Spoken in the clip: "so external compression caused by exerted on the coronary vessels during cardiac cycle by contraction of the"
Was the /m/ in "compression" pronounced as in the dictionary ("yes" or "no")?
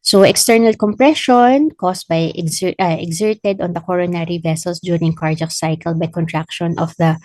yes